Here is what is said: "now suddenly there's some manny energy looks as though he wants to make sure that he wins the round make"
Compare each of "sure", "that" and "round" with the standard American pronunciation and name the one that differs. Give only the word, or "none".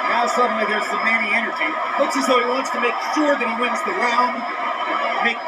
round